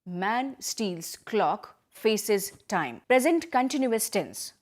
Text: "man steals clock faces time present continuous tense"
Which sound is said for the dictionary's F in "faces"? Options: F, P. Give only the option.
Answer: F